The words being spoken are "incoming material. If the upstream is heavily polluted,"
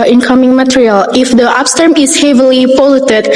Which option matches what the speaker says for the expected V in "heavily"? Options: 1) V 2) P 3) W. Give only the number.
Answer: 1